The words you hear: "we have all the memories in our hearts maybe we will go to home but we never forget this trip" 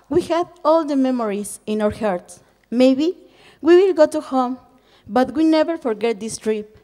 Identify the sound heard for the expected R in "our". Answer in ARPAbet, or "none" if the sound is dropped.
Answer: R